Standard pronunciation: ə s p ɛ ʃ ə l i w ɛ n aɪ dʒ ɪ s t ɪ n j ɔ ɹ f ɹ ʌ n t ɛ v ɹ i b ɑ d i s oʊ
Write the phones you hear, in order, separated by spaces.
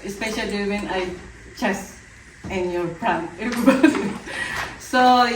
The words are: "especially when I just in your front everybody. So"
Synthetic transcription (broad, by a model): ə s p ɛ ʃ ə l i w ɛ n aɪ tʃ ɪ s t ɪ n j ɔ ɹ p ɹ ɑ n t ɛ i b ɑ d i s oʊ